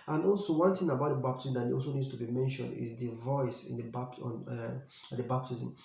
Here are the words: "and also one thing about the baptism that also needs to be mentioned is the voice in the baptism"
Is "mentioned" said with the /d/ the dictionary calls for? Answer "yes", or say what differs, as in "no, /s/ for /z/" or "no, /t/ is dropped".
yes